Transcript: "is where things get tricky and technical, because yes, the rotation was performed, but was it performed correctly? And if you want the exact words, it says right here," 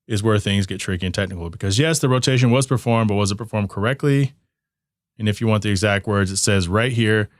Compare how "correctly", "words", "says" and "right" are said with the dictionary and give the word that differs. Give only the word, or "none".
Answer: none